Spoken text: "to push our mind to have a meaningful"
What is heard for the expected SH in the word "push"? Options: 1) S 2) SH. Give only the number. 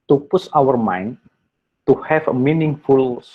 1